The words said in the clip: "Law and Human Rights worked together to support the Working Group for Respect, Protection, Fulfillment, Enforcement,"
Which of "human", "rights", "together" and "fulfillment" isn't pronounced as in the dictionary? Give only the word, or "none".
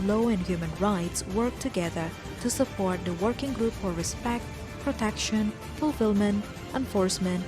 none